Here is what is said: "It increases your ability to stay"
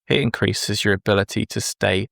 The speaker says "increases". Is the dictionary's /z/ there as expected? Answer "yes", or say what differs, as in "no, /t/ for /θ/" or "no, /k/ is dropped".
yes